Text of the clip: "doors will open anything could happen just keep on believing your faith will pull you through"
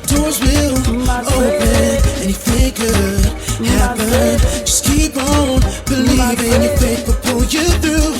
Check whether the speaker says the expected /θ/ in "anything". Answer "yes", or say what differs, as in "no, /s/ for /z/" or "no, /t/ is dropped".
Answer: no, /f/ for /θ/